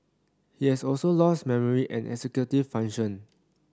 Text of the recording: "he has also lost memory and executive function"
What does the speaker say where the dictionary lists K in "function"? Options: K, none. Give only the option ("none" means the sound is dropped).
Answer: none